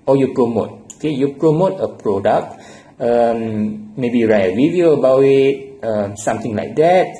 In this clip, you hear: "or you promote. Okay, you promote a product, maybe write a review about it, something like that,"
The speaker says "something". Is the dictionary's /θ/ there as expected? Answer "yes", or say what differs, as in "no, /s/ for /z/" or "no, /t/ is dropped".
no, /t/ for /θ/